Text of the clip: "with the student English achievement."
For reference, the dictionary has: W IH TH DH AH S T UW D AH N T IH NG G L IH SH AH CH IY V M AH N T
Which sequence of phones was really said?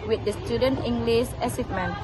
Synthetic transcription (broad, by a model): W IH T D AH S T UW D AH N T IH NG G L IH S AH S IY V M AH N